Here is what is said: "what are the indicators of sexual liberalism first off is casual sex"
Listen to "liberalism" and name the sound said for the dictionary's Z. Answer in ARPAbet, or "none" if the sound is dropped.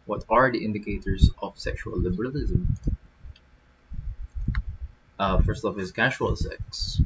Z